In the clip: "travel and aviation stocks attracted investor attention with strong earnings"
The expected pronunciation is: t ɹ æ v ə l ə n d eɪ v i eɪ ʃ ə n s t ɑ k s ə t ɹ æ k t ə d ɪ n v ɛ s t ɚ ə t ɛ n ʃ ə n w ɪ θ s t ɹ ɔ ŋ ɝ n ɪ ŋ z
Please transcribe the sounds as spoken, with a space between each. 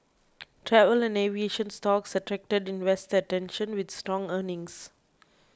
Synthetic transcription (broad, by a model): t ɹ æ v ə l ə n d eɪ v i eɪ ʃ ə n s t ɑ k s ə t ɹ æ k t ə d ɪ n w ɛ s t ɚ ə t ɛ n ʃ ə n w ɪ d s t ɹ ɔ ŋ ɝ n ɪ ŋ s